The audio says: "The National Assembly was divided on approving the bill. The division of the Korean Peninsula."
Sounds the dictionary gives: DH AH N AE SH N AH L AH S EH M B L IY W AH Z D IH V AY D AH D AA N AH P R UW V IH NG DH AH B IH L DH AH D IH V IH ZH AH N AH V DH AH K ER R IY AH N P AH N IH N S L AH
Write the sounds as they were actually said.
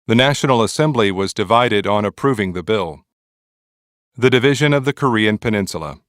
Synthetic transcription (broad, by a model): DH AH N AE SH N L AH S EH M B L IY W AH Z D IH V AY D AH D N AH P R UW V IH NG DH AH B IH L DH AH D IH V IH ZH AH N AH V DH AH K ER R IY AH N P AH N IH N S L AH